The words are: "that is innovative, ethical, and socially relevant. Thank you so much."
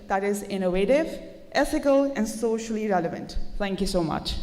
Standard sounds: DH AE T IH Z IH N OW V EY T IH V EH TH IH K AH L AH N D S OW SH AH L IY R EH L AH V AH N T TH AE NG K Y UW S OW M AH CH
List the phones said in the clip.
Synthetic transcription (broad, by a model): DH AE T IH Z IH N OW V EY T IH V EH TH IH K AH L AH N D S OW SH AH L IY R EH L AH V AH N T T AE NG K Y UW S OW M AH CH